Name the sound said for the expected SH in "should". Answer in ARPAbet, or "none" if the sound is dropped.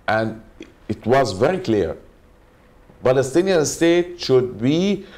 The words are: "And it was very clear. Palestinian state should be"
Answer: SH